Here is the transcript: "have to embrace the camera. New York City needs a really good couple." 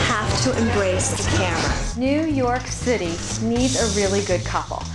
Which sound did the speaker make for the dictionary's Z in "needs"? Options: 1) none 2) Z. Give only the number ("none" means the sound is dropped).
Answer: 2